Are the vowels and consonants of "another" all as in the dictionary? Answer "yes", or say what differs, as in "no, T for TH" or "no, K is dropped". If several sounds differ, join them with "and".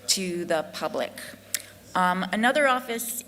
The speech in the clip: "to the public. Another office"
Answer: yes